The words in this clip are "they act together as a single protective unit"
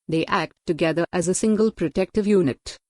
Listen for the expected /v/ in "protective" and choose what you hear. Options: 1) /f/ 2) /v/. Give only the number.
2